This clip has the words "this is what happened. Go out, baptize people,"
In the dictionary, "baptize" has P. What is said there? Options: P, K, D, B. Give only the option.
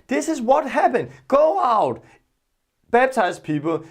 B